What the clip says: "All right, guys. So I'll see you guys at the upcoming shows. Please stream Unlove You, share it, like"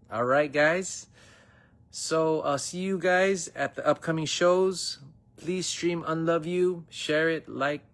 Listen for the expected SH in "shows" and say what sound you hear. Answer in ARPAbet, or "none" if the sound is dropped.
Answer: SH